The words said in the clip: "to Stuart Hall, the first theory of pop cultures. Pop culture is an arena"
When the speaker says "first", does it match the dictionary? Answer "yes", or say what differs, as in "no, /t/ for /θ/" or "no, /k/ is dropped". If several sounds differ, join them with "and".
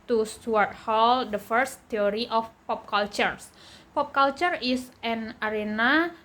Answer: yes